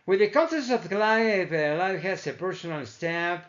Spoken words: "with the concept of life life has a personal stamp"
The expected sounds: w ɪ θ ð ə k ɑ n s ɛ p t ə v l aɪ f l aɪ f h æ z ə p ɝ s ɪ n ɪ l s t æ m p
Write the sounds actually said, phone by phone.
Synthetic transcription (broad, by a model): w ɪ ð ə k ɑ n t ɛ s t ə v l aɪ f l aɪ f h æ s ə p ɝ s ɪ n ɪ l s t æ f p